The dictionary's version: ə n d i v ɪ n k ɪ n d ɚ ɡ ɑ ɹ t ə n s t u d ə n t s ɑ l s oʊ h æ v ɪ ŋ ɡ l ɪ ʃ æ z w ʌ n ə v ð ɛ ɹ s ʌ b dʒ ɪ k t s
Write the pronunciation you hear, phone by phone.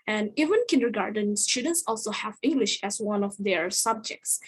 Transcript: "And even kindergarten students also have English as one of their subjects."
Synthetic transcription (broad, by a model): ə n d i v ɪ n k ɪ n d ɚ ɡ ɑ ɹ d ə n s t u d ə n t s ɑ l s oʊ h æ v ɪ ŋ ɡ l ɪ ʃ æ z w ʌ n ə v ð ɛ ɹ s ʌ b dʒ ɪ k t s